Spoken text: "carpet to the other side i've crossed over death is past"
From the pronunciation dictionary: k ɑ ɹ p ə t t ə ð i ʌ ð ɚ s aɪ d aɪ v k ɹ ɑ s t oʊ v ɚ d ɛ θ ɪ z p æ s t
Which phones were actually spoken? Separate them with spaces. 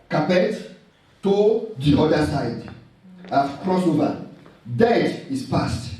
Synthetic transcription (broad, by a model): k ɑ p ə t t ə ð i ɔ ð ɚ s aɪ d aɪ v k ɹ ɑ s oʊ v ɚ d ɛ t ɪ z p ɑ s t